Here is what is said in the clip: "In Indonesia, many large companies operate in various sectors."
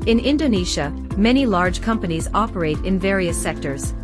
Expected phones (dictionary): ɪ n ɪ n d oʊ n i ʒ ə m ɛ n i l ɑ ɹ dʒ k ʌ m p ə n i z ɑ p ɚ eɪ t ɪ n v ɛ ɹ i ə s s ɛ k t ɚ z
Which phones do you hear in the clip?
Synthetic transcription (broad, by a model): ɪ n ɪ n d oʊ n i ʃ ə m ɛ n i l ɑ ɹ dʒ k ʌ m p ə n i z ɑ p ɚ eɪ t ɪ n v ɛ ɹ i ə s s ɛ k t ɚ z